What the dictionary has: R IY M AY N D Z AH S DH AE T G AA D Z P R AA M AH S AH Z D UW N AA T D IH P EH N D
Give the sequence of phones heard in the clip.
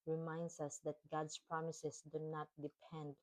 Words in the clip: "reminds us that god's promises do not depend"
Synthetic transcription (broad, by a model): R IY M AY N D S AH S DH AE T G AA D S P R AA M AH S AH S D UW N AA T D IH P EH N D